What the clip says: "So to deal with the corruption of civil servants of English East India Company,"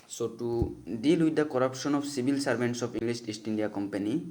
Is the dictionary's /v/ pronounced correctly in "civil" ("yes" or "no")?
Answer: no